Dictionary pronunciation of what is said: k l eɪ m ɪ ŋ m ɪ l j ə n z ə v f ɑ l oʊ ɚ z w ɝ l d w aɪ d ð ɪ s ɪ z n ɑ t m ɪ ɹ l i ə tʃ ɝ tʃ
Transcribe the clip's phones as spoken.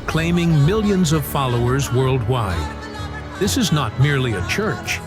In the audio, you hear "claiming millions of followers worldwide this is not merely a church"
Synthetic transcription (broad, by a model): k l eɪ m ɪ ŋ m ɪ l j ə n z ə v f ɑ l oʊ ɚ z w ɝ l d w aɪ d ð ɪ s ɪ z n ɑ t m ɪ ɹ l i ə tʃ ɝ tʃ